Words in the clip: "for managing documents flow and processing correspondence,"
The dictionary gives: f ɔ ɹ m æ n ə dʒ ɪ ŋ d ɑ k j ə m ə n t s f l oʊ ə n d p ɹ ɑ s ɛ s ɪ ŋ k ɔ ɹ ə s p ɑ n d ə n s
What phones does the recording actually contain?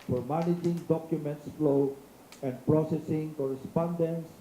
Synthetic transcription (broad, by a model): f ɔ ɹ m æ n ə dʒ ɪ ŋ d ɑ k j ə m ə n t s f l oʊ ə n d p ɹ ɑ s ɛ s ɪ ŋ k ɔ ɹ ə s p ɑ n d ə n s